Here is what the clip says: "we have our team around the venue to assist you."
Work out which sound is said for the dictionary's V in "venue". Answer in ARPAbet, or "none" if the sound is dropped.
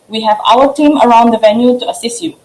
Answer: V